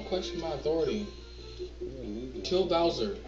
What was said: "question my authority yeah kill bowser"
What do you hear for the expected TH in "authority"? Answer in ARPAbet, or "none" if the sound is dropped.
TH